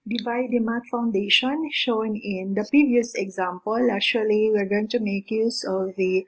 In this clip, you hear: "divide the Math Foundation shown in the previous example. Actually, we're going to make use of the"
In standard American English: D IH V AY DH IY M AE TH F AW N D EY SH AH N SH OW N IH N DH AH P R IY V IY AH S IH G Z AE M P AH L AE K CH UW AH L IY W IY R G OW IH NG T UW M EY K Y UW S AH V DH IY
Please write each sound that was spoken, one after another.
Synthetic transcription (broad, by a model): D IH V AY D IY M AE T F AW N D EY SH AH N SH OW N IH N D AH P R IY V IY AH S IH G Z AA M P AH L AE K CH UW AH L IY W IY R G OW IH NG T UW M EY K Y UW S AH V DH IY